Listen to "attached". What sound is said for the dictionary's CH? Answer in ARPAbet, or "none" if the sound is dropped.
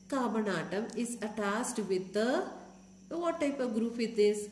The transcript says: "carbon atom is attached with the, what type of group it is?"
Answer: S